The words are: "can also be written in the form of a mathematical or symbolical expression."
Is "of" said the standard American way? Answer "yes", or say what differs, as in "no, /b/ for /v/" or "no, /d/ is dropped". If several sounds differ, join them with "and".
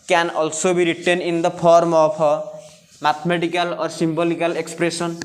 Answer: no, /p/ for /v/